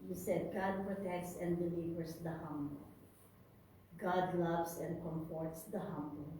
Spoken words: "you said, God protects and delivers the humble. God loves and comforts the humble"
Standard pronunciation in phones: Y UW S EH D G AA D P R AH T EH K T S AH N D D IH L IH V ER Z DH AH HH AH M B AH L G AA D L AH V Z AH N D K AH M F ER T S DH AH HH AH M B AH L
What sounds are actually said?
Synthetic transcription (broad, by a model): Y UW S EH D G AA D P R AH T EH K T S AH N D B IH L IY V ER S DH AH HH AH M B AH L G AA D L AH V S AH N D K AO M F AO T S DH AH HH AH M B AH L